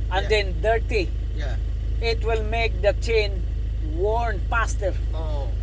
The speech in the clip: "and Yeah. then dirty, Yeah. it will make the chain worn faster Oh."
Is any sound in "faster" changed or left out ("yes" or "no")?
yes